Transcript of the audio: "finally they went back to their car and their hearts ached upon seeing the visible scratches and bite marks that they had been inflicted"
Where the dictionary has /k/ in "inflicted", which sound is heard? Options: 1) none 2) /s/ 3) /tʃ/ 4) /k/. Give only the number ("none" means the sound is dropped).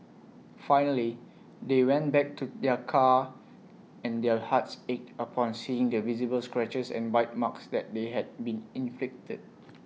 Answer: 4